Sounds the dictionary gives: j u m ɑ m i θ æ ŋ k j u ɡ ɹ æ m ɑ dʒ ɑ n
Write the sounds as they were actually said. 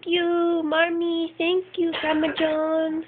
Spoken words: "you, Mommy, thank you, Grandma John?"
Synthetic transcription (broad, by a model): j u m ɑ m i t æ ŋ k j u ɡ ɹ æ m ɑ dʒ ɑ n